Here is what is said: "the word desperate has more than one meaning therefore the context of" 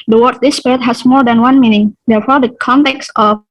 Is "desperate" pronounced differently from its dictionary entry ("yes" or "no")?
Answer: yes